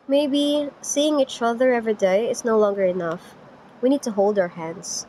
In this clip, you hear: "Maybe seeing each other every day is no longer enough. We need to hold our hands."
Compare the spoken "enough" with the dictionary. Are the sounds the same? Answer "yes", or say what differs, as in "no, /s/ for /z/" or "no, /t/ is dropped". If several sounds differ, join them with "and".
yes